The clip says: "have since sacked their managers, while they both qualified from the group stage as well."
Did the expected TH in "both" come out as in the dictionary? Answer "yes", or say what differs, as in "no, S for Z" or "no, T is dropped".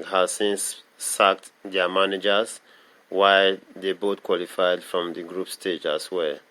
no, T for TH